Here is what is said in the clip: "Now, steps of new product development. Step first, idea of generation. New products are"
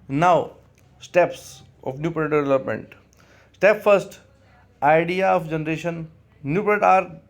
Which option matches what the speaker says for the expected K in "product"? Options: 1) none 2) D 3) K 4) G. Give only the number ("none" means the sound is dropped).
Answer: 1